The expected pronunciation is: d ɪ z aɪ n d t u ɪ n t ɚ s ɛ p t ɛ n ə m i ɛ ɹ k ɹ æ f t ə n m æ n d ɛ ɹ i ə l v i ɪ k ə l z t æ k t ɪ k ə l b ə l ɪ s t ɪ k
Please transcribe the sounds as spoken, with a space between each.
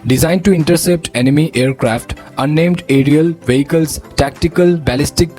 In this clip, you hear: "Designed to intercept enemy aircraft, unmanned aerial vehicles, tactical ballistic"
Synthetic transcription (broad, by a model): d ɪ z aɪ n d t u ɪ n t ɚ s ɛ p t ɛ n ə m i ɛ ɹ k ɹ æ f t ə n ɛ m d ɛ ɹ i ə l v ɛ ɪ k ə l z t æ k t ɪ k ə l b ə l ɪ s t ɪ k